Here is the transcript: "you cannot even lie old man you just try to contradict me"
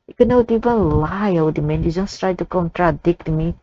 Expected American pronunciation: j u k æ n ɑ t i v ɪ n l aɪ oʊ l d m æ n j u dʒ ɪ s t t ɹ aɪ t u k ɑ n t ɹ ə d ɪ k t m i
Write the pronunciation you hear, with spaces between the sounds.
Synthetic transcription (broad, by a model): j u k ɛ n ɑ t i v ɪ n l aɪ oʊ w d m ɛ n j u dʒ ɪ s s t ɹ aɪ t u k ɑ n t ɹ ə d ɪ k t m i